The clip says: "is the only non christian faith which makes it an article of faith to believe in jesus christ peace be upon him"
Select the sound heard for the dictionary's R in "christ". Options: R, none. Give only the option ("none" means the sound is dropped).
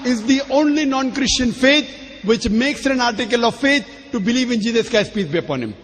none